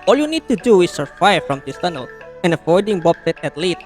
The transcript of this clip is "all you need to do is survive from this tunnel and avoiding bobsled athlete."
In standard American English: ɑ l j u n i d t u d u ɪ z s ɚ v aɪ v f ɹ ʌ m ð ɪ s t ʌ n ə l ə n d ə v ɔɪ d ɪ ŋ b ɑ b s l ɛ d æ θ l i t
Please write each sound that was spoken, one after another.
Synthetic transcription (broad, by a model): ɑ l j u n i d t u d u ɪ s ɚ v aɪ f ɹ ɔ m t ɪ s t ʌ n ə l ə n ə f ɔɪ d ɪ ŋ b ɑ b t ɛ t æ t l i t